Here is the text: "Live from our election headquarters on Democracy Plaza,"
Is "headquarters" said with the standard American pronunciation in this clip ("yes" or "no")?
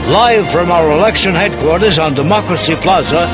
yes